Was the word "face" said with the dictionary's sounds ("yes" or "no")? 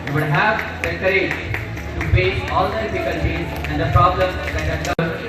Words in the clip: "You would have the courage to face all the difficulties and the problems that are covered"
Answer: no